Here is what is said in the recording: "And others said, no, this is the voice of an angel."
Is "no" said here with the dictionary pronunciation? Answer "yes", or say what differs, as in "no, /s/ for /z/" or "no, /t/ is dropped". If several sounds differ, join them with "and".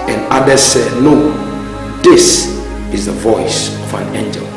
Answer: no, /l/ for /n/